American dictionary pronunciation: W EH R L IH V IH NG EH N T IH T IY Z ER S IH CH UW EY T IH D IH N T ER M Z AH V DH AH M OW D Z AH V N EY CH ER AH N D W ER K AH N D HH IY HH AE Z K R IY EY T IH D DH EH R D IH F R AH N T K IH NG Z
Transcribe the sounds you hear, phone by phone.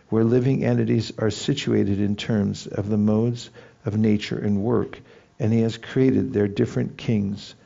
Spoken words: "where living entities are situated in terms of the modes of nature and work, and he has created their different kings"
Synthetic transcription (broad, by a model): W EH R L IH V IH NG EH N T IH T IY Z ER S IH CH UW EY T IH D IH N T ER M Z AH V DH AH M OW D Z AH V N EY CH ER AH N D W ER K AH N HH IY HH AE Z K R IY EY T IH D DH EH R D IH F R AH N K IH NG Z